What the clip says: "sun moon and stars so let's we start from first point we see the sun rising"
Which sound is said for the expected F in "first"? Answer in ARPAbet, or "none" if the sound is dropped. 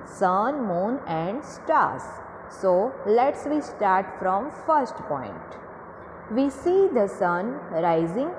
F